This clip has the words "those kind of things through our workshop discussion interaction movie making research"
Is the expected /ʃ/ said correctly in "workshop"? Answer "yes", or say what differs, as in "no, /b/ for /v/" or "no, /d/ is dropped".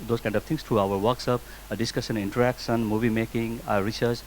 no, /s/ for /ʃ/